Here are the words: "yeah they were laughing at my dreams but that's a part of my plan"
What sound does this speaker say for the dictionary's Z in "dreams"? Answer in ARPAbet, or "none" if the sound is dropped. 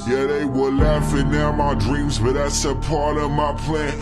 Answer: Z